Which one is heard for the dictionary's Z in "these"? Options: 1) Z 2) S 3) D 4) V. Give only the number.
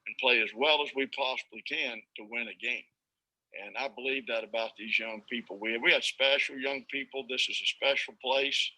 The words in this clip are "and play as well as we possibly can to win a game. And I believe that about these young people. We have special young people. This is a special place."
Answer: 1